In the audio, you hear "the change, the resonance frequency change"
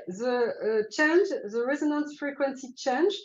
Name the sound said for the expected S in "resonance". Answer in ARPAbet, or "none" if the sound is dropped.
S